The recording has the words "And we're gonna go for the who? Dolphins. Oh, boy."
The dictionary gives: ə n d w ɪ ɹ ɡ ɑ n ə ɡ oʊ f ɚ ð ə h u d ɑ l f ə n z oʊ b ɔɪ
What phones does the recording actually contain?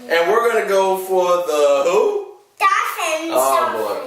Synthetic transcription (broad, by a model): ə n w ɪ ɹ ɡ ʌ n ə ɡ oʊ f ɚ ð ə h u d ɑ f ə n oʊ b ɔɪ